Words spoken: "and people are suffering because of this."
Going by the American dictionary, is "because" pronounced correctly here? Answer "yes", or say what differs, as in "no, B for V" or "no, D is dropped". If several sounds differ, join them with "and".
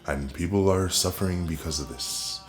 yes